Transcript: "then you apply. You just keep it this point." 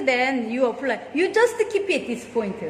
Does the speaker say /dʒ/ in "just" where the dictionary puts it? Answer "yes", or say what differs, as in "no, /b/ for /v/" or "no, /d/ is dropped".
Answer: yes